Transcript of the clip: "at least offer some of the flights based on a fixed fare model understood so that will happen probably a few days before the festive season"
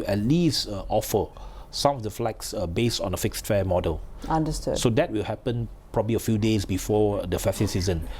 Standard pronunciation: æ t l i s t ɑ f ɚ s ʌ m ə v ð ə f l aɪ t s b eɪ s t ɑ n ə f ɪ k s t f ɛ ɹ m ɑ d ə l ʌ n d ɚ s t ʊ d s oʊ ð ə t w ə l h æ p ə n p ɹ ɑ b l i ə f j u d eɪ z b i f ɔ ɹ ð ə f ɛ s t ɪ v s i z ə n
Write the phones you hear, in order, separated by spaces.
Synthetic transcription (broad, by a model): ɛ t l i s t ɑ f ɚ s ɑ m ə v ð ə f l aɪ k s b eɪ s t ɑ n ə f ɪ k s t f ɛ m ɑ d ə l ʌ n d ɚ s t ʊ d s oʊ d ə t w ə l h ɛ p ə n p ɹ ɑ b l i ə f j u d eɪ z b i f ɔ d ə f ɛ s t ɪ s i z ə n